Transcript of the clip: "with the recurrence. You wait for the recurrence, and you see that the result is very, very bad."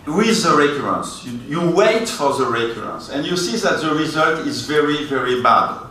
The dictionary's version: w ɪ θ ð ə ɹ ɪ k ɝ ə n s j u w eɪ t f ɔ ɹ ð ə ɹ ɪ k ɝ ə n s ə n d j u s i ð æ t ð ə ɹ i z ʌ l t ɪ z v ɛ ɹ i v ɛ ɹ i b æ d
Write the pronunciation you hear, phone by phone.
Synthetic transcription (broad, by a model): w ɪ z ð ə ɹ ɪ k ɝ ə n s j u w eɪ t f ɔ ɹ ð ə ɹ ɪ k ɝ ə n s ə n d j u s i ð æ t ð ə ɹ i z ʌ l t ɪ z v ɛ ɹ i v ɛ ɹ i b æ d